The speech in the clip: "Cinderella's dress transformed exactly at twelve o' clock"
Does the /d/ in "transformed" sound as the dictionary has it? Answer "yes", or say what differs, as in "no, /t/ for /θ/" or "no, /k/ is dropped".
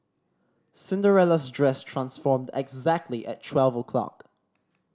yes